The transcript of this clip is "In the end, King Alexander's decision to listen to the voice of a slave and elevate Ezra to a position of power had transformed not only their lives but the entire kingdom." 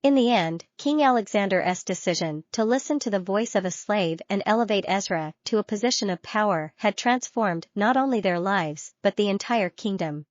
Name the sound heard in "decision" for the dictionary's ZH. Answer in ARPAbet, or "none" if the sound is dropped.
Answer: ZH